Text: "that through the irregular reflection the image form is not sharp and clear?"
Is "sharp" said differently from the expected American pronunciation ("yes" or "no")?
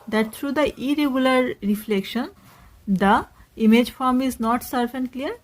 yes